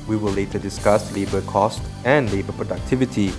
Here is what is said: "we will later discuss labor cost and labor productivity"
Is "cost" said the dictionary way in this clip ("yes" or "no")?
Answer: yes